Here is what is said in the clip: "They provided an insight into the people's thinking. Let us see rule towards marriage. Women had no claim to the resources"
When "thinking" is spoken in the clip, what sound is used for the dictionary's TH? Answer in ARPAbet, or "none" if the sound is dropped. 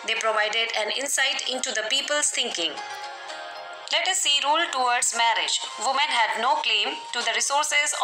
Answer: T